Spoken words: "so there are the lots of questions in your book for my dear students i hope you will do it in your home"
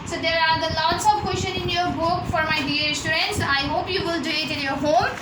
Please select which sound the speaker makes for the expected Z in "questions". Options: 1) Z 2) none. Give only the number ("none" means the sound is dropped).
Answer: 2